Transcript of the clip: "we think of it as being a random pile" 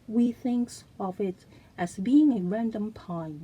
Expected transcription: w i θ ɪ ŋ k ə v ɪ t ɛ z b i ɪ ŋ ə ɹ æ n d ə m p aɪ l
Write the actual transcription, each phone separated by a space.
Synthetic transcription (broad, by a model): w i θ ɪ ŋ k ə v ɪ t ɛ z b i ɪ ŋ ə ɹ æ n d ə m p aɪ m